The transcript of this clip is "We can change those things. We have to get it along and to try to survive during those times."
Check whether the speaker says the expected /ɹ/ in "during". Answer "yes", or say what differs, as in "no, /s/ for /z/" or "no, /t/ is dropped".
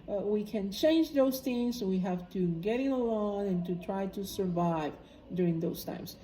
yes